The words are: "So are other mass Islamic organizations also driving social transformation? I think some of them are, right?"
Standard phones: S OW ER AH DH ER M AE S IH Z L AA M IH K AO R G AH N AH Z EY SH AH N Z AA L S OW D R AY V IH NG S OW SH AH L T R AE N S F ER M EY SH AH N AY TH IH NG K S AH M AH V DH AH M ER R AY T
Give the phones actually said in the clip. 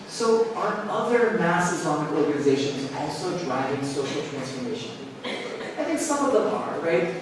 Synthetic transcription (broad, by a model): S OW ER AH DH ER M AE S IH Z AA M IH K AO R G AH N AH Z EY SH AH N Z AA L S OW D R AY V IH NG S OW SH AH L T R AE N S F ER M EY SH AH N AY TH IH NG K S AH M AH V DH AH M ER R AY T